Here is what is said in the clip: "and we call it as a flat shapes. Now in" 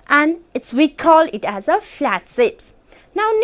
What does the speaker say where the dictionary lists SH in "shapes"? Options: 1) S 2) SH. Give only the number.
1